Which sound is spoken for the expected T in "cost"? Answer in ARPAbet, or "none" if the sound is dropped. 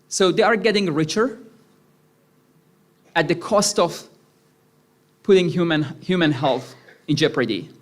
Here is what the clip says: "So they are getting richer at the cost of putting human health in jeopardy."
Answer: T